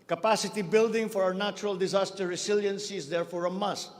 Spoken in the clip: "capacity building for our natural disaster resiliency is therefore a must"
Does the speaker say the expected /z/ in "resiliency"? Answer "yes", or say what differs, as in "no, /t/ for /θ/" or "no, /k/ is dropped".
no, /s/ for /z/